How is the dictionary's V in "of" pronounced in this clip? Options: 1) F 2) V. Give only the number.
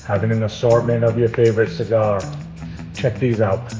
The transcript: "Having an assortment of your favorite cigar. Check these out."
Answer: 2